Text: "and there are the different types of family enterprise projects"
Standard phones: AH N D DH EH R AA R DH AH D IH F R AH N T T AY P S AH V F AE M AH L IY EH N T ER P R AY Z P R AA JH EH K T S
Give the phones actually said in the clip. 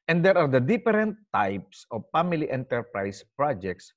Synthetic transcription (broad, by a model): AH N D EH R AA R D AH D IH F R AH N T T AY P S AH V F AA M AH L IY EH N T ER P R AY S P R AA JH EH K T S